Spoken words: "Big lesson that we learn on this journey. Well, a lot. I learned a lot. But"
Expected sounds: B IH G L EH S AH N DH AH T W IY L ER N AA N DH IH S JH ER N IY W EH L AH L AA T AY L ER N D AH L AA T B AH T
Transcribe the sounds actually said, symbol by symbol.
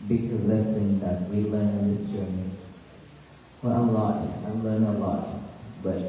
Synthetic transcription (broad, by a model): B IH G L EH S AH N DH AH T W IY L ER N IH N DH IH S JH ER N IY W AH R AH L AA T AY L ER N AH L AA T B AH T